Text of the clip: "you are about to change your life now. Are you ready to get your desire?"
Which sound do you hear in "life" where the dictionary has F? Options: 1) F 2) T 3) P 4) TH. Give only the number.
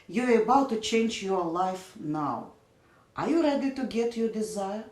1